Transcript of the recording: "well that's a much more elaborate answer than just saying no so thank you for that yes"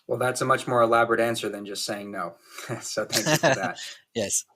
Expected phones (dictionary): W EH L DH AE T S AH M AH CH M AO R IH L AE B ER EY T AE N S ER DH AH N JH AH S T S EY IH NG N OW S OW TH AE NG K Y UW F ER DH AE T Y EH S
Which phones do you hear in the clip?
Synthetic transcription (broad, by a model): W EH L DH AE T S AH M AH CH M AO R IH L AE B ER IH T AE N S ER DH AH N JH AH S T S EY IH NG N OW S OW TH AE NG K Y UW F ER DH AE T Y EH S